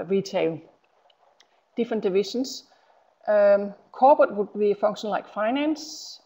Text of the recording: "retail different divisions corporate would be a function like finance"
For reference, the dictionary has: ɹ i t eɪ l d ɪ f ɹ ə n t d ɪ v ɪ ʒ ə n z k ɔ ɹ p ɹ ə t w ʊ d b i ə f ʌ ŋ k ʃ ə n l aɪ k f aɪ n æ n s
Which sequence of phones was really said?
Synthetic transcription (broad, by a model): ɹ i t eɪ l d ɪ f ɹ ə n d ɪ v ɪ ʃ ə n s k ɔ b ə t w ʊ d b i ə f ʌ ŋ k ʃ ə n l aɪ k f aɪ n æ n s